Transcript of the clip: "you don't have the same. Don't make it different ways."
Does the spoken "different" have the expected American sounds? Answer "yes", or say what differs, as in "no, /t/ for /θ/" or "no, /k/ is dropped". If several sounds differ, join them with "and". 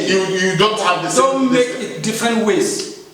yes